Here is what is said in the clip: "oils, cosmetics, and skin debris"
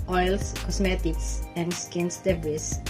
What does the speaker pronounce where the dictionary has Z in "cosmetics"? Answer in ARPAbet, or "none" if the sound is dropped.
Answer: S